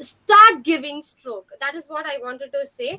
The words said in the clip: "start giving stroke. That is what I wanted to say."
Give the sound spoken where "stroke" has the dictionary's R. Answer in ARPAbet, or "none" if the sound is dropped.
R